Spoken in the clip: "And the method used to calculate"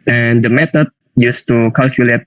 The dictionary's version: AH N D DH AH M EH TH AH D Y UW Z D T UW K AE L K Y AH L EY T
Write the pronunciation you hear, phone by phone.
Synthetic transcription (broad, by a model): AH N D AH M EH T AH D Y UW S T UW K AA L K Y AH L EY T